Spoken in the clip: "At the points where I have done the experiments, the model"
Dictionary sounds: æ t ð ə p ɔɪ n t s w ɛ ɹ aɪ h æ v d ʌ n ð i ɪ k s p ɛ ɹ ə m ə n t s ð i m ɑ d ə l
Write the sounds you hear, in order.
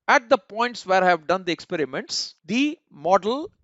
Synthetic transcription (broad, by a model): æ t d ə p ɔɪ n t s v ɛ ɹ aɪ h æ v d ʌ n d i ɪ k s p ɛ ɹ ə m ə n t s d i m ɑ d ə l